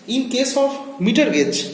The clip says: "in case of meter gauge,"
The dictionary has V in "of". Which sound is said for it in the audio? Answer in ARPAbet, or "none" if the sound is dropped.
P